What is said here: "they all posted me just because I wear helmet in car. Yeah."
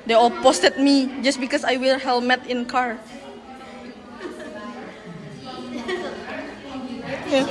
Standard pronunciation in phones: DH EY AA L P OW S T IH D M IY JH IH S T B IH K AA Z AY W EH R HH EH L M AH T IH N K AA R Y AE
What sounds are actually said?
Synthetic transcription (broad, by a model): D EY AA L P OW S T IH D M IY JH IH S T B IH K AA S AY W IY L HH EH L M AH T IH N K AA R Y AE